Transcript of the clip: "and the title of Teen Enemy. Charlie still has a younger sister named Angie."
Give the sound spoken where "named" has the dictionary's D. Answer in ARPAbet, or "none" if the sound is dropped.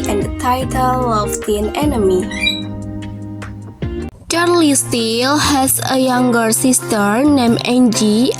none